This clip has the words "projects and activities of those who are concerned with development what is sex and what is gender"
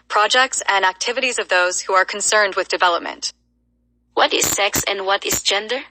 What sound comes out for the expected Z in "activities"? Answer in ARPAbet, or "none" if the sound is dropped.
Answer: Z